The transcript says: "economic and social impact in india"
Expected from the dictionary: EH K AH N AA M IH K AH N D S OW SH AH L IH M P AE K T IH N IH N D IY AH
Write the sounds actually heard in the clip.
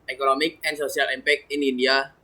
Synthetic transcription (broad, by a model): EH K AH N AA M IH K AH N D S OW S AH L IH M P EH K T IH N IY N D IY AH